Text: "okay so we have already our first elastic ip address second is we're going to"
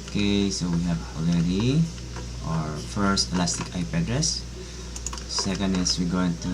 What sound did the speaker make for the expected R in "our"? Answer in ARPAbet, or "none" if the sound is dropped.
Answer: R